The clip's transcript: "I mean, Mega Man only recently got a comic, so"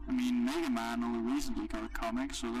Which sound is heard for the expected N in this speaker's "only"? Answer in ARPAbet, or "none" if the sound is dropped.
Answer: none